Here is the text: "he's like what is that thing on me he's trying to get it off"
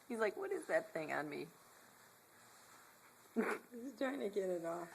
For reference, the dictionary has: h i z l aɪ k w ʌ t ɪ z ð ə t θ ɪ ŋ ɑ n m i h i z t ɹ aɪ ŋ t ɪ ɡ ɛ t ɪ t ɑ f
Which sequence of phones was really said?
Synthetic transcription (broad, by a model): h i z l aɪ k w ʌ t ɪ z ð ə t θ ɪ ŋ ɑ n m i i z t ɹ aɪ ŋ t ɪ ɡ ɛ t ɪ t ɑ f